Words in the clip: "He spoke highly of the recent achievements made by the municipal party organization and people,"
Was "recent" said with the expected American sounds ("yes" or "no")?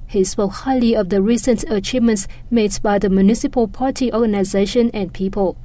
yes